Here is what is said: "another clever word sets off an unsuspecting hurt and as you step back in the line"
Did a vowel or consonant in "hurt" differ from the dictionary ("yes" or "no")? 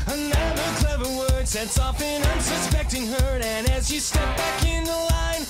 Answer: yes